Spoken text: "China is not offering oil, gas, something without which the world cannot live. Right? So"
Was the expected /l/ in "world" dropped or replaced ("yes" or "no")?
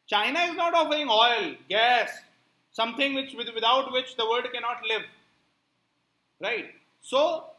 yes